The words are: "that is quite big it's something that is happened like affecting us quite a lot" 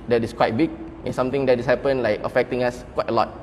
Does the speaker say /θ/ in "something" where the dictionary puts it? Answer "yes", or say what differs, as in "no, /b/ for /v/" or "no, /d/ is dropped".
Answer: no, /t/ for /θ/